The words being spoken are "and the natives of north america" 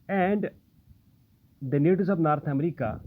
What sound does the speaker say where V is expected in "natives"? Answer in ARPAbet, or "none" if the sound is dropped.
none